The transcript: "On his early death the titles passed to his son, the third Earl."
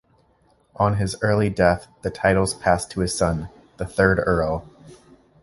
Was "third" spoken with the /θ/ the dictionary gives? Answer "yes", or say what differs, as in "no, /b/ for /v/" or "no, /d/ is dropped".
yes